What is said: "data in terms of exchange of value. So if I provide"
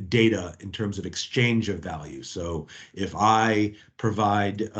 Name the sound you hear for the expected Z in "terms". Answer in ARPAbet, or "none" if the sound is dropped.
Z